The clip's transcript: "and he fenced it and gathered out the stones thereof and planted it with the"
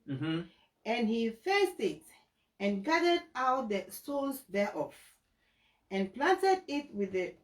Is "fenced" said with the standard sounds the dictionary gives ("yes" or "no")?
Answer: no